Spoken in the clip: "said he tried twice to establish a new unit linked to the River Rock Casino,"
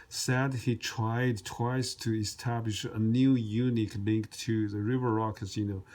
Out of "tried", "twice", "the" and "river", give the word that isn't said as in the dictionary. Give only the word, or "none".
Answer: none